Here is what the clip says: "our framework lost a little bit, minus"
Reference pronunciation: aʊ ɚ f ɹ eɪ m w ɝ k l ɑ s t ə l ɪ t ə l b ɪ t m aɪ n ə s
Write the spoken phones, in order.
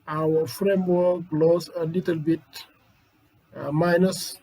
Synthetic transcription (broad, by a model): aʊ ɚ f ɹ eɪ m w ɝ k l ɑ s ə l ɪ t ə l b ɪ t m aɪ n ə s